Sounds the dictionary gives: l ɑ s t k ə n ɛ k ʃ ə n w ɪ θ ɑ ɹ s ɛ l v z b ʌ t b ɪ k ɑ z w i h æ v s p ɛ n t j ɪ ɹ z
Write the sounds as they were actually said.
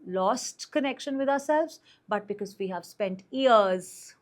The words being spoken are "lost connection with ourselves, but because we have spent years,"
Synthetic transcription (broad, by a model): l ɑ s t k ə n ɛ k ʃ ə n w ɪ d ɑ ɹ s ɛ l v z b ʌ t b ɪ k ɑ z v i h æ v s p ɛ n t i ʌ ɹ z